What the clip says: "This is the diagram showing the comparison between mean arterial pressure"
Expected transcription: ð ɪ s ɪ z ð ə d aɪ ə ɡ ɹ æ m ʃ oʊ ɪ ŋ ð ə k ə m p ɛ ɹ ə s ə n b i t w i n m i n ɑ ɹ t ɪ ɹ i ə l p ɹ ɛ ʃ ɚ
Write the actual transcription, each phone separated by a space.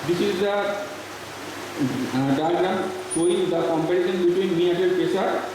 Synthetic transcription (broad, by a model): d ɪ s ɪ z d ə d aɪ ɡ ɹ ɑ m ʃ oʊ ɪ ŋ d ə k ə m p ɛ ɹ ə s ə n b i t w i n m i ɑ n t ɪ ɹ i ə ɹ